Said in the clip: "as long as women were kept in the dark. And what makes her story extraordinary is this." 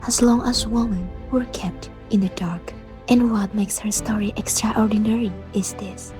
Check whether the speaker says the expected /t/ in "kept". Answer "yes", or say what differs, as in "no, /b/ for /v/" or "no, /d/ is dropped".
yes